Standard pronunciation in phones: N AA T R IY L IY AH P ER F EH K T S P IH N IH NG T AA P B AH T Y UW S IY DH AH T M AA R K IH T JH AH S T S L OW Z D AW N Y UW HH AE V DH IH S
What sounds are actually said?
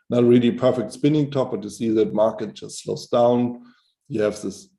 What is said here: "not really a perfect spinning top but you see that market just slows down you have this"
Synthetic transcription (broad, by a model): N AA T R IY L IY P ER F EH K T S P IH N IH NG T AA P B AH T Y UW S IY DH AH T M AA R K IH T JH AH S T S L OW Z D AW N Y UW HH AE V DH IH S